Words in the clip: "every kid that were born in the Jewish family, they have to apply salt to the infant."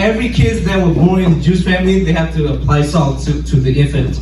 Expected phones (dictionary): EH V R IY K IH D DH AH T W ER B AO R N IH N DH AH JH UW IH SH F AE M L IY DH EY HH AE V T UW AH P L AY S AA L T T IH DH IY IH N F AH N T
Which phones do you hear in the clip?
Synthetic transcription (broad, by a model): EH V R IY K IH D DH AH T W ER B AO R IH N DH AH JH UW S F AE M L IY DH EY HH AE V T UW AH P L AY S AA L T T IH DH IY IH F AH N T